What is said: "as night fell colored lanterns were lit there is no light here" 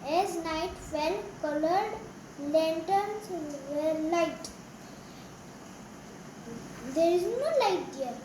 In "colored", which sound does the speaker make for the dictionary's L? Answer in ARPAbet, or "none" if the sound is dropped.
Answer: L